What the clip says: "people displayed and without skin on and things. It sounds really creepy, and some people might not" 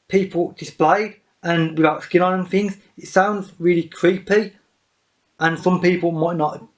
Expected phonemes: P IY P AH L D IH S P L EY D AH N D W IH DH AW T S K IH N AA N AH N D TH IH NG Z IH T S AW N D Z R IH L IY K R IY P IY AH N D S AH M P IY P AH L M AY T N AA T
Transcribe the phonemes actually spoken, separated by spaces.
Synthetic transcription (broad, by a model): P IY P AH L D IH S P L EY D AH N W IH DH AW T S K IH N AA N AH N TH IH NG Z IH T S AW N D Z R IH L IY K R IY P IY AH N S AH M P IY P AH L M AY T N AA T